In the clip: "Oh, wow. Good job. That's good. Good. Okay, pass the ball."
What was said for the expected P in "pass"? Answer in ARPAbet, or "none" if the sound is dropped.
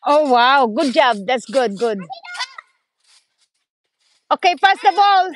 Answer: F